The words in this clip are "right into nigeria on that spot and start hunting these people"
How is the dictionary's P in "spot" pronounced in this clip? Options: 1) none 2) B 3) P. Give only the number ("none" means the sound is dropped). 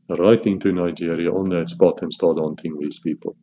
2